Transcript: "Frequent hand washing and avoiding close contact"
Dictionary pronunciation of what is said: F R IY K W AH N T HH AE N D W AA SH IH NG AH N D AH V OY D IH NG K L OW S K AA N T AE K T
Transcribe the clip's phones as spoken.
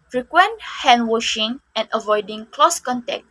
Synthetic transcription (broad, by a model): F R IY K W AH N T HH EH N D W AA SH IH NG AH N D AH V OY D IH NG K L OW S K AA N T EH K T